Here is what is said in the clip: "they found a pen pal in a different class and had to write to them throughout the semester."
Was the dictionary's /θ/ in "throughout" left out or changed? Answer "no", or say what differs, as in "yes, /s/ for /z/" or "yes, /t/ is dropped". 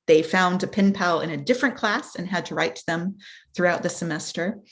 no